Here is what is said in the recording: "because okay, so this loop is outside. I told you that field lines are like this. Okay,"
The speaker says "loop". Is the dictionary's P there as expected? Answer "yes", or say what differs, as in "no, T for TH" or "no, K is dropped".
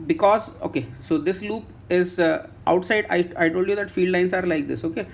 yes